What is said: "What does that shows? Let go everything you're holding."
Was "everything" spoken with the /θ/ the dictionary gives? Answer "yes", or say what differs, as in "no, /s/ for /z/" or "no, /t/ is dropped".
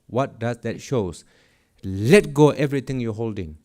no, /t/ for /θ/